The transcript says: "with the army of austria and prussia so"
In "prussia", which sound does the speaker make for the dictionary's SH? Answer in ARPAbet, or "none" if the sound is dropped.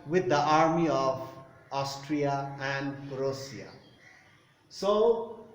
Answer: S